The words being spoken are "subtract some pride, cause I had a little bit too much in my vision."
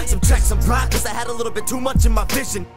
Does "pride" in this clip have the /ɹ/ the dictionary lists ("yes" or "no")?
no